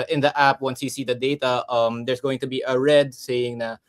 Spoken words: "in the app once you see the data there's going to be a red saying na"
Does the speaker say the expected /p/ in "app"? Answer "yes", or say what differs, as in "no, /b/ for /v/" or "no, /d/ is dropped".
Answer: yes